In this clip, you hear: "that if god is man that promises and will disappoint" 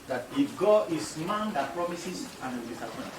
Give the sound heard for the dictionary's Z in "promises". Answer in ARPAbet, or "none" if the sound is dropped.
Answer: S